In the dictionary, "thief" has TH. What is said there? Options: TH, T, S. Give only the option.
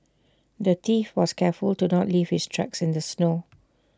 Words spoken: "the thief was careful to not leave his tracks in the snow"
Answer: T